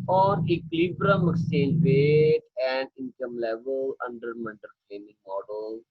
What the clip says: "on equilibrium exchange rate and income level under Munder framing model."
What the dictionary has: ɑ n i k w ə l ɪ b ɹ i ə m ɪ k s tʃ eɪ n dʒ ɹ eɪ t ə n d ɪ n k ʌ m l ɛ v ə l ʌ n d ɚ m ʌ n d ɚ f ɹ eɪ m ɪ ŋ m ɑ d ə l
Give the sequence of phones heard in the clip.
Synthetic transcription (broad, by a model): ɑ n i k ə l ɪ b ɹ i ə m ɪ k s eɪ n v eɪ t ə n d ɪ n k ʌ m l ɛ v ə l ʌ n d ɚ m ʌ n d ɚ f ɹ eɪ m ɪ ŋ m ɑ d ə l